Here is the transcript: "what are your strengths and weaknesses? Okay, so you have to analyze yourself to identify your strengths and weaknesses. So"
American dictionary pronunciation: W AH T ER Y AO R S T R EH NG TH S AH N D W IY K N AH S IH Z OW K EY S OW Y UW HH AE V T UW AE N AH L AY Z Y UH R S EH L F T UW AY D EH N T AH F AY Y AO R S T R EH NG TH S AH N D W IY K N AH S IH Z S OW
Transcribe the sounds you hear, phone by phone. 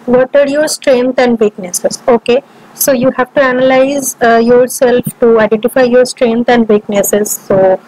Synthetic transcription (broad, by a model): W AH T ER Y AO R S T R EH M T AH N D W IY K N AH S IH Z OW K EY S OW Y UW HH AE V T UW AE N AH L AY Z Y UH R S EH L F T UW AY D EH N T AH F AY Y AO R S T R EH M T AH N D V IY K N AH S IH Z S OW